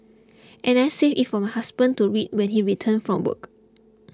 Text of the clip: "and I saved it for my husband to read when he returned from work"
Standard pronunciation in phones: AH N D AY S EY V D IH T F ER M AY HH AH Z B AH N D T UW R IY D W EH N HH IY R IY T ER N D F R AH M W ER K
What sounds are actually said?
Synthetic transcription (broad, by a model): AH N AY S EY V IH T F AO M AY HH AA S B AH N T UW R IY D W EH N HH IY R IY T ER N F R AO M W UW K